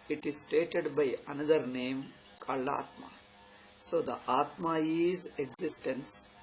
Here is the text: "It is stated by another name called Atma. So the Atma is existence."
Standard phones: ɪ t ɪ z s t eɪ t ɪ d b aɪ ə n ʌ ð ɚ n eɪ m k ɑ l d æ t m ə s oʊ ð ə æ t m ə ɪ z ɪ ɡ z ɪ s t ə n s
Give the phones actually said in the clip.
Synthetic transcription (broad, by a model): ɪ t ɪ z s t eɪ t ɪ d b aɪ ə n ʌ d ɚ n eɪ m k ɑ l ɑ t m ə s oʊ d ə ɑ t m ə ɪ z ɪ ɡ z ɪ s t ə n s